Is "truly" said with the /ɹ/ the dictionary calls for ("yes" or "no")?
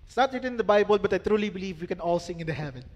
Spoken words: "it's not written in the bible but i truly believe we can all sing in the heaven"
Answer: yes